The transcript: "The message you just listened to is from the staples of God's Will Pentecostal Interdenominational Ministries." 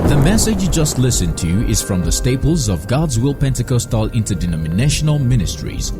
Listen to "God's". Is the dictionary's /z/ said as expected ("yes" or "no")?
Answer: yes